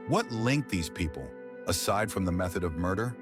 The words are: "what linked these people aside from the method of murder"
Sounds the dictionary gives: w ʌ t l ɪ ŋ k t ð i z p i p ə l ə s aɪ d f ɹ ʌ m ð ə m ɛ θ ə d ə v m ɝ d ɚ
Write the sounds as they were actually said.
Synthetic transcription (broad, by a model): w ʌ t l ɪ ŋ k ð i z p i p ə l ə s aɪ d f ɹ ʌ m ð ə m ɛ θ ə d ə v m ɝ d ɚ